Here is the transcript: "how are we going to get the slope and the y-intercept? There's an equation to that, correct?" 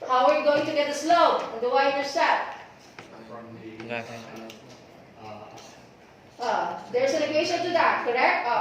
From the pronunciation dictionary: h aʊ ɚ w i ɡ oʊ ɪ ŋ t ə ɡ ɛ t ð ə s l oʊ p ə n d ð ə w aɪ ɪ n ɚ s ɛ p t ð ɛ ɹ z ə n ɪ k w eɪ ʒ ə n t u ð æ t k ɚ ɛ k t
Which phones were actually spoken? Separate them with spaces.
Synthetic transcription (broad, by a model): h aʊ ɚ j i ɡ oʊ ɪ ŋ t ə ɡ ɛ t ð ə s l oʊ ə n d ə w aɪ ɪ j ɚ s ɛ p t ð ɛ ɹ s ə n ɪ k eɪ ʃ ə n t u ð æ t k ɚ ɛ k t